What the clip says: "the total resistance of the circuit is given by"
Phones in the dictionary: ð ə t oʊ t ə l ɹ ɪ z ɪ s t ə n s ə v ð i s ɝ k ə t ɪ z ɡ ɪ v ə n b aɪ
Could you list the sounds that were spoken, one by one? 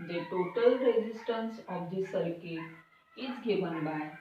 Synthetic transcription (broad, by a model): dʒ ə t oʊ t ə l ɹ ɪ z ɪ s t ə n s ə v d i s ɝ k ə ɪ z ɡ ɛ b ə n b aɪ